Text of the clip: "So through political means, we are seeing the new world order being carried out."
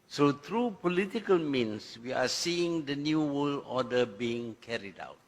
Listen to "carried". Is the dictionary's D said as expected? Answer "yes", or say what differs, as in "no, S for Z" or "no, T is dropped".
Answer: yes